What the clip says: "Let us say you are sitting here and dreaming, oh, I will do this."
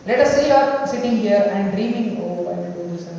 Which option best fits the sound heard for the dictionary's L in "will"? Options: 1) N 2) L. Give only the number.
1